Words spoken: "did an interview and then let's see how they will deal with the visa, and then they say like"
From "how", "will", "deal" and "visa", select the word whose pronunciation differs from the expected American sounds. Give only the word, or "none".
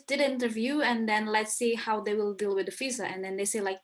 visa